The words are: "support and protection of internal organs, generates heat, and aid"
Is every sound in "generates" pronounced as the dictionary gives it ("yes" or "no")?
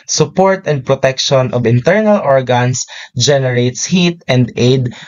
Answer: yes